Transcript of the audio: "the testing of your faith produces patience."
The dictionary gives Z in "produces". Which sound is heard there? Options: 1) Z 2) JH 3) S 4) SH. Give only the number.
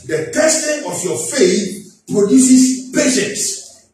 3